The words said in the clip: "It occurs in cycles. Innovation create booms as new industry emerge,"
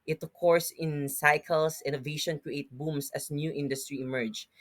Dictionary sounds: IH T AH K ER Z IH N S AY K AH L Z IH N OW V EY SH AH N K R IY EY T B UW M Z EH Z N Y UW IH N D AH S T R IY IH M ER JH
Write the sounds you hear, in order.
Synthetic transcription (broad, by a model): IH T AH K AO S IH N S AY K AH L S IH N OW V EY SH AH N K R IY EY T B UW M S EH S N Y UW IH N D AH S T R IY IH M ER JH